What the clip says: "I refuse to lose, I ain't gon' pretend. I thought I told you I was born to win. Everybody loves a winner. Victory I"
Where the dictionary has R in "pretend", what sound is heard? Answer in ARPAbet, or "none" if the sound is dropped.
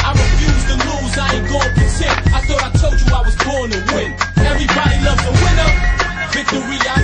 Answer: none